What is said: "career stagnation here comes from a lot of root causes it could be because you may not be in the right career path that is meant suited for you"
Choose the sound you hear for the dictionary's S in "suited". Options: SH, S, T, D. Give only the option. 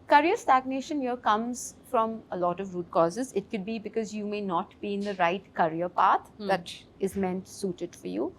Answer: S